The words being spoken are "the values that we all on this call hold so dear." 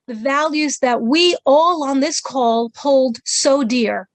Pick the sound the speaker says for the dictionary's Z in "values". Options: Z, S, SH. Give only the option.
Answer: Z